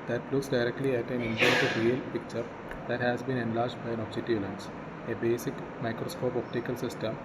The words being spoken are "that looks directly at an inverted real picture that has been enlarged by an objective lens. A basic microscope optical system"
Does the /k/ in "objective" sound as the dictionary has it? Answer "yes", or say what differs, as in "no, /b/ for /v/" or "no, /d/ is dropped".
no, /k/ is dropped